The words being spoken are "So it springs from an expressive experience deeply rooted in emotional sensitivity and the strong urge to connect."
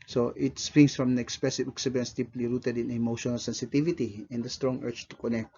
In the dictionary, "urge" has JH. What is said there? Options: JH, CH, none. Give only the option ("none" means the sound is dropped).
CH